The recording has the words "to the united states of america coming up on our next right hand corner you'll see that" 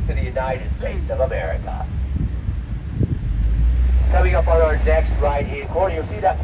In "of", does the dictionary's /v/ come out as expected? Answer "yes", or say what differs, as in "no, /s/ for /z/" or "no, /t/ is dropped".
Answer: yes